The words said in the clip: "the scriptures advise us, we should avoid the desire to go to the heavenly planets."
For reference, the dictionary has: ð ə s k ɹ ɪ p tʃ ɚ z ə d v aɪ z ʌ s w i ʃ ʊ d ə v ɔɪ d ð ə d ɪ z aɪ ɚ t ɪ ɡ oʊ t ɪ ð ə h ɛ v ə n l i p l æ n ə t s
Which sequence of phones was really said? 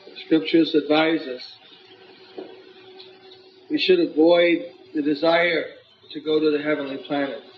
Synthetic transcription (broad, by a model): s k ɹ ɪ p tʃ ɚ z ə d v aɪ z ʌ s w i ʃ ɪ d ə v ɔɪ d ð ə d ɪ z aɪ ɚ t ɪ ɡ oʊ t ɪ ð ə h ɛ v ə n l i p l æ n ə t